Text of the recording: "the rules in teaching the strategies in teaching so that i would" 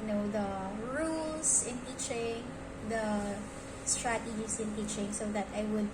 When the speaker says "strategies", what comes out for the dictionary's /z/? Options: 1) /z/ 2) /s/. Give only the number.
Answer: 2